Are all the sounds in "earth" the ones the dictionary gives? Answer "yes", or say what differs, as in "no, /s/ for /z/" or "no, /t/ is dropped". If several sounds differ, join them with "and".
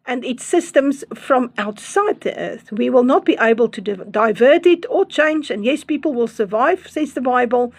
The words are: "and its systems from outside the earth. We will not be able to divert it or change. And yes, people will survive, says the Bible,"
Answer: yes